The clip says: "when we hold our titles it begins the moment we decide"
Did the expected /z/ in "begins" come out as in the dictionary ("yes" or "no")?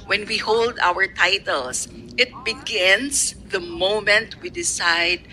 no